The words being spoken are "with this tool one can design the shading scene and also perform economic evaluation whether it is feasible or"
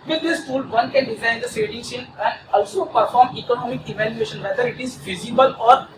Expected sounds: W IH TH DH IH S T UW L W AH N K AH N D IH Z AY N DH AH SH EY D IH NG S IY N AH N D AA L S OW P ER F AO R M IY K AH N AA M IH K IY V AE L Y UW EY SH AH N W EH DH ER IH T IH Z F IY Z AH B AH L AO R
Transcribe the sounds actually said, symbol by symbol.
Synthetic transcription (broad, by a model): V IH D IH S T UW L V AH N K AH N D IH Z AY N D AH S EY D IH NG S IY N AH N D AA L S OW P ER F AO R M IY K AH N AA M IH K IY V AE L Y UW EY SH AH N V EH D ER IH T IH Z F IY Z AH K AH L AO R